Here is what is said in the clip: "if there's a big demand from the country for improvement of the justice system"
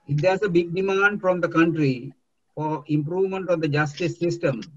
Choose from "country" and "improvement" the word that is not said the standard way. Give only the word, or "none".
none